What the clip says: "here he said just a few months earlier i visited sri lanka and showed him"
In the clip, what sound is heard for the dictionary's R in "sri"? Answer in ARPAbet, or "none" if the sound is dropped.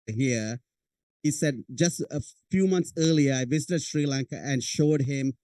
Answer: R